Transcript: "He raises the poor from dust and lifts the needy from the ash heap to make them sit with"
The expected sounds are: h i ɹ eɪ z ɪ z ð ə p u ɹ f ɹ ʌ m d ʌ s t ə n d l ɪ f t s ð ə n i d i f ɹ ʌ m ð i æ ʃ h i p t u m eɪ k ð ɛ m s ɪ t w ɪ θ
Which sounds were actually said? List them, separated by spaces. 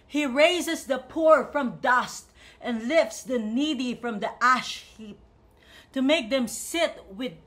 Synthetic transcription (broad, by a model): h i ɹ eɪ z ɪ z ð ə p u ɹ f ɹ ʌ m d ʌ s t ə n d l ɪ f t s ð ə n i d i f ɹ ʌ m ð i æ ʃ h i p t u m eɪ k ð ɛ m s ɪ t w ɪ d